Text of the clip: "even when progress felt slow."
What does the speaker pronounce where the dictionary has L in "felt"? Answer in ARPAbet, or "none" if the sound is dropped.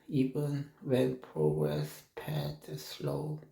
none